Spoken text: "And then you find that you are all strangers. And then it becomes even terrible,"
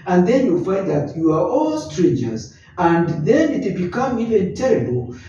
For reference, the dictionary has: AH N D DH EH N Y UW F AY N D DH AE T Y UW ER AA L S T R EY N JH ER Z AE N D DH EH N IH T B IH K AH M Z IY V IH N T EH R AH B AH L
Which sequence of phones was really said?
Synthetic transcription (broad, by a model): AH N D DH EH N Y UW F AY N D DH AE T Y UW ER AA L S T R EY N JH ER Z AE N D DH EH N IH T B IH K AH M IY V IH N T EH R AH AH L